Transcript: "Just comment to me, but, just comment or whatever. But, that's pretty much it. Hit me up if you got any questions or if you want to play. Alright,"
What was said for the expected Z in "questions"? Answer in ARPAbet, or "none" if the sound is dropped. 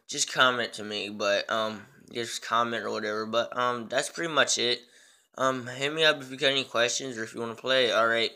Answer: Z